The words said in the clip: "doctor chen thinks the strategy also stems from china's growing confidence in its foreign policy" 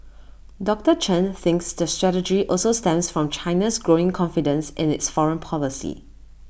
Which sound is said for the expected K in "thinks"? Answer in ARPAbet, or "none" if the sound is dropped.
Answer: K